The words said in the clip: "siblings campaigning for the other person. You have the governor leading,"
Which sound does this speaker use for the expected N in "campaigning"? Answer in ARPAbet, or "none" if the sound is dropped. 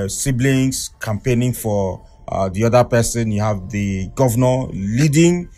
N